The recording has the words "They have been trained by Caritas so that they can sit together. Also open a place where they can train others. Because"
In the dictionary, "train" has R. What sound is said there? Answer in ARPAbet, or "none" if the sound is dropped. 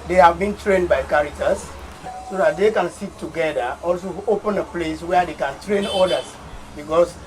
R